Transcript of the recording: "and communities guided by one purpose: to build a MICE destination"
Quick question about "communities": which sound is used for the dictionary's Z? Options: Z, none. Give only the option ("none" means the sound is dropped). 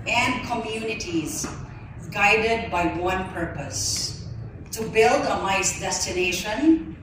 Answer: Z